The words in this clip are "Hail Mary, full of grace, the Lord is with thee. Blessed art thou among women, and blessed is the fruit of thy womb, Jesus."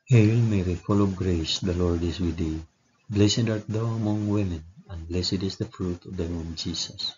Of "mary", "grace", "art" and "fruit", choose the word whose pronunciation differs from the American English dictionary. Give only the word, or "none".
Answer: none